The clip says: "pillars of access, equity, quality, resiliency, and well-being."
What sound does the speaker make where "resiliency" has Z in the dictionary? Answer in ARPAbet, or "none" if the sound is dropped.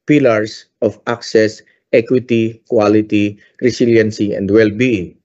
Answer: S